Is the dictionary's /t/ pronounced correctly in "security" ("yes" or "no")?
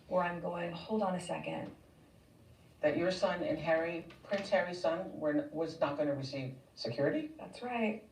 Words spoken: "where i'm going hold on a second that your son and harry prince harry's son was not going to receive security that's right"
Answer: yes